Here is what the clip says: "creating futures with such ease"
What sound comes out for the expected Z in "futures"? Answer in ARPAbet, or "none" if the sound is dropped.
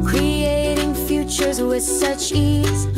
Z